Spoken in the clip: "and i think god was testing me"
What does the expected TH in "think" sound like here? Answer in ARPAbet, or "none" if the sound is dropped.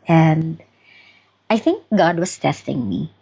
TH